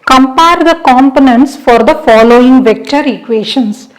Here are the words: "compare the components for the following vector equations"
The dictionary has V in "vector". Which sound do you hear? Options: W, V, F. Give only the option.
V